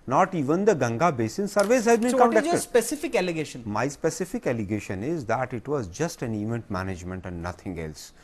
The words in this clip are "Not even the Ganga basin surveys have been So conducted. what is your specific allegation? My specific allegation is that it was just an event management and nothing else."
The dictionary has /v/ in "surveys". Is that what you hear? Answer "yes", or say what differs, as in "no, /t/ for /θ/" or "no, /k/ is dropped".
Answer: yes